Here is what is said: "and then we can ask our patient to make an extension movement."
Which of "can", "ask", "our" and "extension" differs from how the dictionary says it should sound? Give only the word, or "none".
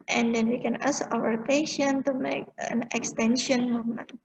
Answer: ask